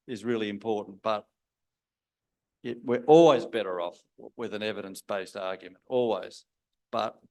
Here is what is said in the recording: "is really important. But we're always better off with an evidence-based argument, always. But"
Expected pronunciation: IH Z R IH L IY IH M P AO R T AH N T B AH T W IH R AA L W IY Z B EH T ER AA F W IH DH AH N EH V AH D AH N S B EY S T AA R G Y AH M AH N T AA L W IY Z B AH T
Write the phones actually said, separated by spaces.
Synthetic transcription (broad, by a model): IH Z R IH L IY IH M P AO R T N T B AH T W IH R AA L W IY Z B EH T ER AA F W IH DH AH N EH V AH D AH N S B EY S T AA R G Y AH M AH N T AA L W IY Z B AH T